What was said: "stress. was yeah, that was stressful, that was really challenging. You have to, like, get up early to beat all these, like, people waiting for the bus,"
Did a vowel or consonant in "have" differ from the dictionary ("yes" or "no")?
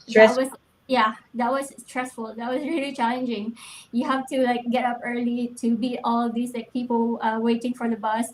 yes